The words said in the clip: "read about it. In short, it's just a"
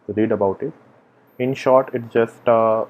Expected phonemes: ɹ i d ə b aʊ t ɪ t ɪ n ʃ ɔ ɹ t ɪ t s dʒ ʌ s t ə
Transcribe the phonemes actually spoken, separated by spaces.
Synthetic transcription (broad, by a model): ɹ i d ə b aʊ t ɪ t ɪ n ʃ ɔ ɹ t ɪ t s dʒ ʌ s t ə